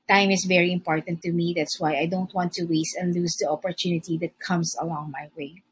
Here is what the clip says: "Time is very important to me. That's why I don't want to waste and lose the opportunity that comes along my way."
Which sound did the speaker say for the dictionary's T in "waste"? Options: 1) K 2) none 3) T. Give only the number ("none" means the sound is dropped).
3